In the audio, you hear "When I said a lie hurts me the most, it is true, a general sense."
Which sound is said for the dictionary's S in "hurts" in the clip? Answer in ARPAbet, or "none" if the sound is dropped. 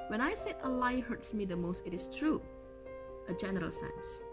S